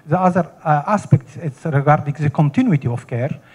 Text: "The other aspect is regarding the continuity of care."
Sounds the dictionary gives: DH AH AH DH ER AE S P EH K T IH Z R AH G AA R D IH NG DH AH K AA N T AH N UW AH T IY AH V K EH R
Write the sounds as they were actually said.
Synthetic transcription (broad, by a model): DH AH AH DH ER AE S P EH K T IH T R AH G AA R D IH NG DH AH K AA N T AH N UW AH T IY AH F K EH R